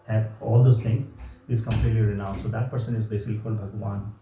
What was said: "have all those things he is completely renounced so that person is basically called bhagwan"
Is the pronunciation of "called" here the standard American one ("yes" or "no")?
no